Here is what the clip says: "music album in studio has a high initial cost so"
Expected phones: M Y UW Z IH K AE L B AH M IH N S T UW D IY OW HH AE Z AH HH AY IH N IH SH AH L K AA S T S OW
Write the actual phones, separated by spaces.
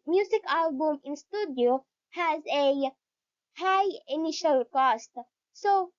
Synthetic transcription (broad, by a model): M Y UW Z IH K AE L B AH M IH N S T UW D IY OW HH AE Z AH HH AY IH N IH SH AH L K AA S T S OW